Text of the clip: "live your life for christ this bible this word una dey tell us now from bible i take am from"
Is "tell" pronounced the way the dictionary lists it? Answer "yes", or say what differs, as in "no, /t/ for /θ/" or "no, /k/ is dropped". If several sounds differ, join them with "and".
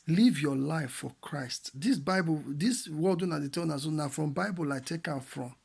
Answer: no, /n/ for /l/